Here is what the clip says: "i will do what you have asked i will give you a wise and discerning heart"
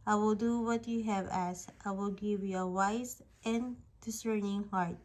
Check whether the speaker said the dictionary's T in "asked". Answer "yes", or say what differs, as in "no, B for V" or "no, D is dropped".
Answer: yes